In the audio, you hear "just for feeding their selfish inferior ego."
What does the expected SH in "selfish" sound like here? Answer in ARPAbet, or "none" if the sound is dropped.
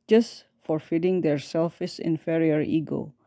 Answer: S